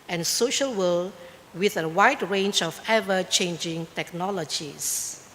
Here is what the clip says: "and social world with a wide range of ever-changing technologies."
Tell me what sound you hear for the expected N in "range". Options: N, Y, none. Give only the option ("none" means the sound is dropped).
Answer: N